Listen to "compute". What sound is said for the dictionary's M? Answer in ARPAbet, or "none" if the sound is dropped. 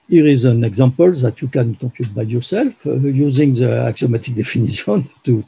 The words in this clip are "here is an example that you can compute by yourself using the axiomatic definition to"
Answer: none